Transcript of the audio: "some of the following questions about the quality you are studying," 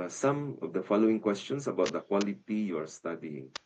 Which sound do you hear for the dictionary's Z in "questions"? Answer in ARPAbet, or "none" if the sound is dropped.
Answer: S